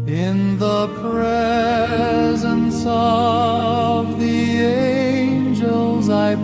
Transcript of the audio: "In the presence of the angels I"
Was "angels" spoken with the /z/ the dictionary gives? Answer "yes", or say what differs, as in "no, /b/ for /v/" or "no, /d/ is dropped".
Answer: yes